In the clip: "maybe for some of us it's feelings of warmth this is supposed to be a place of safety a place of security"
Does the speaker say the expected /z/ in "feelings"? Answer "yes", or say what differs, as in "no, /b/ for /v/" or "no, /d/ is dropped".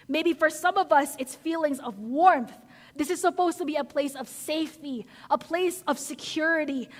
yes